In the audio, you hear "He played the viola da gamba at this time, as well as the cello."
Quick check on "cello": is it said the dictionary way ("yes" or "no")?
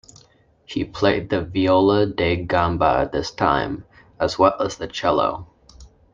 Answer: yes